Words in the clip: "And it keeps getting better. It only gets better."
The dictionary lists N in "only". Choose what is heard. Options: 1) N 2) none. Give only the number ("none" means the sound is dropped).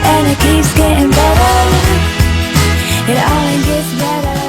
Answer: 2